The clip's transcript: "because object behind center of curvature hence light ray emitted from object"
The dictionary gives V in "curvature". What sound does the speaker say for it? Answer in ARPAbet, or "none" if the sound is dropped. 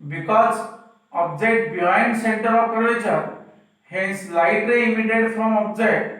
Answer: none